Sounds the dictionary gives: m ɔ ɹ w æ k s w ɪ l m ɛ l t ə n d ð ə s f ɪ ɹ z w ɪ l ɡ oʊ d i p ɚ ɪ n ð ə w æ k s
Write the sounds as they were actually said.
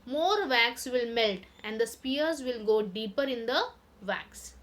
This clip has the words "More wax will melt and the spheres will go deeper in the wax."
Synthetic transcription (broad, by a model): m ɔ ɹ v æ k s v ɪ l m ɛ l t ə n d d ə s p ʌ ɹ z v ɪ l ɡ oʊ d i p ɚ ɪ n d ə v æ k s